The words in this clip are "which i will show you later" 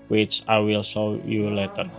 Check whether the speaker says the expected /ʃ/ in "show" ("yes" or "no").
no